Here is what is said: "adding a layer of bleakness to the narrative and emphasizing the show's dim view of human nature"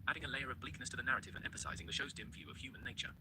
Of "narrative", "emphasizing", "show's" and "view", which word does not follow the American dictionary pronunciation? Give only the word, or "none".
none